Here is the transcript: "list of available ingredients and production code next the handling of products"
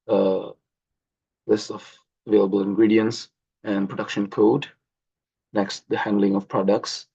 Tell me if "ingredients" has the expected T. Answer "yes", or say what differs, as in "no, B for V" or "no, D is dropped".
yes